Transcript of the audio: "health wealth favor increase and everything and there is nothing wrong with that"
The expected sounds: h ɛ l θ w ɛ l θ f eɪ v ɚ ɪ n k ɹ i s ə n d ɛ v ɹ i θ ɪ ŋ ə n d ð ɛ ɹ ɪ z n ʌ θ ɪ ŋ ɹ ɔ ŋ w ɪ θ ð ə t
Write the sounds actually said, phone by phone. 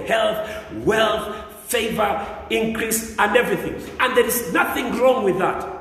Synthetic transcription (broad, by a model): h ɛ l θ w ɛ l θ f eɪ v ɚ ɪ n k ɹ i s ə n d ɛ v ɹ i θ ɪ ŋ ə n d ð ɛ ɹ ɪ z n ʌ θ ɪ ŋ ɹ ɔ ŋ w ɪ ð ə t